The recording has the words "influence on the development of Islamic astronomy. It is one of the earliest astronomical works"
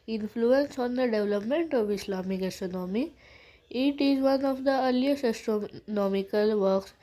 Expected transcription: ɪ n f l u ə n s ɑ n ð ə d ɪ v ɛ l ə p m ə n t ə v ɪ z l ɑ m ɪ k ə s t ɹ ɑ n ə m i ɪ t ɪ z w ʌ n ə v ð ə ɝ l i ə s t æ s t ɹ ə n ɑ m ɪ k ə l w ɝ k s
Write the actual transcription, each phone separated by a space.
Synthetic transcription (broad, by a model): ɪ n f l u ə n s ɑ n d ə d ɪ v l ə p m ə n t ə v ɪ s l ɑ m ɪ k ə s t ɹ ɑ n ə m i ɪ t ɪ z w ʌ n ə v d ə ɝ l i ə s ɛ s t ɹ n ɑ m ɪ k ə l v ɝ k s